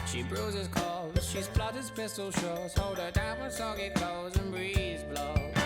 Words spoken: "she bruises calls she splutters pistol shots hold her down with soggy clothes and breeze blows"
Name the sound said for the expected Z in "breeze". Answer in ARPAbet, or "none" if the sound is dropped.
Z